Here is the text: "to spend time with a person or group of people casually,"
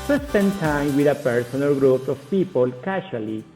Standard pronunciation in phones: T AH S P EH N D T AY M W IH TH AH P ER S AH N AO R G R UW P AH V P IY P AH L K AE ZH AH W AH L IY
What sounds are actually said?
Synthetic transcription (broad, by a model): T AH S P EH N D T AY M W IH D AH P ER S AH N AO L G R UW P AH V P IY P AH L K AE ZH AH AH L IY